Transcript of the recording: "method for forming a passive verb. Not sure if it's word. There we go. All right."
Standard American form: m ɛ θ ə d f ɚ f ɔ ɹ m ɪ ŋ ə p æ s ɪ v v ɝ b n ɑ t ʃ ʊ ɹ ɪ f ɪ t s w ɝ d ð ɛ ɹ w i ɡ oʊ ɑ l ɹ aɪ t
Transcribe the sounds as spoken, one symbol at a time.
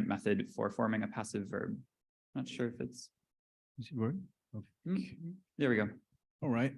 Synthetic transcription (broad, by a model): m ɛ θ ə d f ɚ f ɔ ɹ m ɪ ŋ ə p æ s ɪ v v ɝ b n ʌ t ʃ ʊ ɹ ɪ f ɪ t s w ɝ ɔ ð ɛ ɹ w i ɡ oʊ ɑ l ɹ aɪ t